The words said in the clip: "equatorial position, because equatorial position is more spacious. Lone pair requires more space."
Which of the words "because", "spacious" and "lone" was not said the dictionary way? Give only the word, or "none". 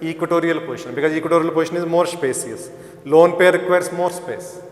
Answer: spacious